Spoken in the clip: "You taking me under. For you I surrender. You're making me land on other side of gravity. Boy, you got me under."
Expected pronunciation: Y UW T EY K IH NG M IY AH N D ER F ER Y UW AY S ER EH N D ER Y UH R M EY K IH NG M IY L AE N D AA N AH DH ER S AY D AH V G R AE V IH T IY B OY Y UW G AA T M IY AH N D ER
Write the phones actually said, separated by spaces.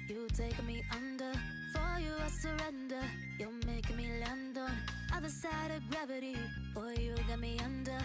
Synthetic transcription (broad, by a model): Y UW T EY IH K M IY AH N D ER F ER Y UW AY S ER EH N D ER Y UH L M EY IH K M IY L AE N D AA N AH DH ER S AY D AH V G R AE V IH T IY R Y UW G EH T M IY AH N D ER